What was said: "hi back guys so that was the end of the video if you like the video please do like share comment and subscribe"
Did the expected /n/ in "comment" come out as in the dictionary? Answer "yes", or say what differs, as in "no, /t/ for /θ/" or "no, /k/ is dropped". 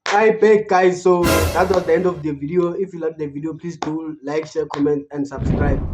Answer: yes